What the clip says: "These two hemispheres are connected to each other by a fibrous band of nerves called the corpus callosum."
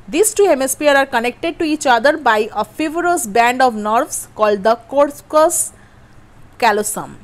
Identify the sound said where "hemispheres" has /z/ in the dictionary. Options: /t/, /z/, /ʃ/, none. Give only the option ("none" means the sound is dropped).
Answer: none